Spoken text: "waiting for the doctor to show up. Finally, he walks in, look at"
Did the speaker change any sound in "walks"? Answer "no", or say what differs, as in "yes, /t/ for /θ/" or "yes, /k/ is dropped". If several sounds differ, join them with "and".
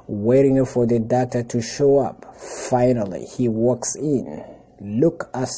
no